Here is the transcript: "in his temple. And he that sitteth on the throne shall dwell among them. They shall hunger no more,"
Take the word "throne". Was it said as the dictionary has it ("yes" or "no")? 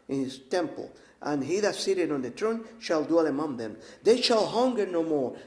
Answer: no